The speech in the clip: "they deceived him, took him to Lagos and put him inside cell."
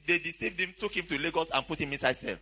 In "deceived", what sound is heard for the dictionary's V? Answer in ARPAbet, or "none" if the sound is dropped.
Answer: V